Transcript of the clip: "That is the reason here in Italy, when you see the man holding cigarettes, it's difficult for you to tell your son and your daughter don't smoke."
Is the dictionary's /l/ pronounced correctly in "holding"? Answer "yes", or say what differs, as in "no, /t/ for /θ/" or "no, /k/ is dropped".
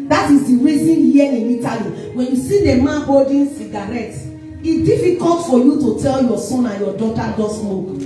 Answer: no, /l/ is dropped